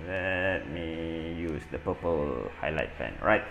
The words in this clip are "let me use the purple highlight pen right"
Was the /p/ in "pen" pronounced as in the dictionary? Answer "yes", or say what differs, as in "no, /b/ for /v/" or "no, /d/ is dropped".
no, /f/ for /p/